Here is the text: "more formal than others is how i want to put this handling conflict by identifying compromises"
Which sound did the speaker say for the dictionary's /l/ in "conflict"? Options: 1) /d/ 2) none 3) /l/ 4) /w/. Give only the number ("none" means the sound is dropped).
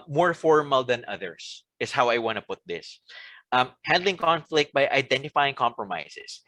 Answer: 3